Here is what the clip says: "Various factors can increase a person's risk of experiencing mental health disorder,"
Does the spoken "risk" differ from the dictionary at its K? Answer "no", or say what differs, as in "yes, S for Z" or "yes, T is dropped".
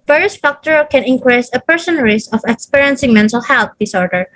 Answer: yes, K is dropped